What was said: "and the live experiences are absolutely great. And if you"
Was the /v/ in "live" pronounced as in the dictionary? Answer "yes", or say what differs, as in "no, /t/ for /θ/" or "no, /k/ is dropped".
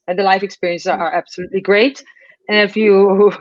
no, /f/ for /v/